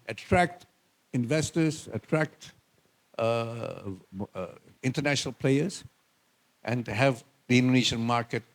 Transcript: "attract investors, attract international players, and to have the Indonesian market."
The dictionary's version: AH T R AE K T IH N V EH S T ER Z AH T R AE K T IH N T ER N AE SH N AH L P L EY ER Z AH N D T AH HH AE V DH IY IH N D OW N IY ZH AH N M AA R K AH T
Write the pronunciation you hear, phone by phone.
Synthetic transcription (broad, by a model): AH T R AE K T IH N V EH S T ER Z AH T R AE K T IH N T ER N AE SH N AH L P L EY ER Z AH N D HH AE V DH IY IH N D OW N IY SH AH N M AA R K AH T